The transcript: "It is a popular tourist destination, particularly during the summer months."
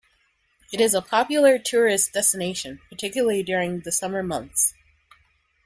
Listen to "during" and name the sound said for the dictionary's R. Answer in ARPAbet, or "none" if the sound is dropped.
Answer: R